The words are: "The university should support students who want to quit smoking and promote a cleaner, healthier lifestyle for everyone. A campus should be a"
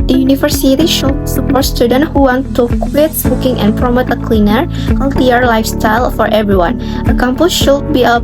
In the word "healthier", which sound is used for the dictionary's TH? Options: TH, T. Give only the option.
T